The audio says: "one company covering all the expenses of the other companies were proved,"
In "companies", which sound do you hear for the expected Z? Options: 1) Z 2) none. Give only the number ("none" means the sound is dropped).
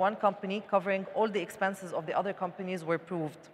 1